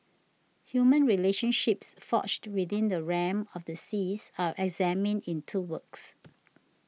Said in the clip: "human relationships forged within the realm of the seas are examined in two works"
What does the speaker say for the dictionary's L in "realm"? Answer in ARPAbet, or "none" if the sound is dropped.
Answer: none